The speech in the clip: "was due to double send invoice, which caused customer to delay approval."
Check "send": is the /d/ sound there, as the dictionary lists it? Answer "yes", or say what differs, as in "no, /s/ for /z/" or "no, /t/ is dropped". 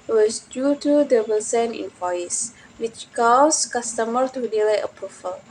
no, /d/ is dropped